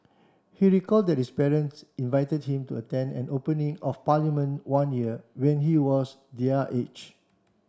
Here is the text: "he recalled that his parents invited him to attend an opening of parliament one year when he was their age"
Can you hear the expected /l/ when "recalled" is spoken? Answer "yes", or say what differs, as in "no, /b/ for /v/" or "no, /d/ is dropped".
yes